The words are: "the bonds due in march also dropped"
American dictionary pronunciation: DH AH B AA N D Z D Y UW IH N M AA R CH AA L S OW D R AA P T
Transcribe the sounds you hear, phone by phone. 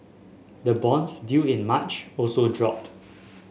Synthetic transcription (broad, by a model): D AH B AA N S D Y UW IH N M AA CH AA L S OW D R AA P T